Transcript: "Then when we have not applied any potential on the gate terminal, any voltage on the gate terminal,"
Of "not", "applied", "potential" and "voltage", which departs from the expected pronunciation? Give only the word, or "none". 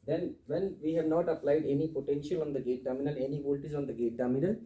voltage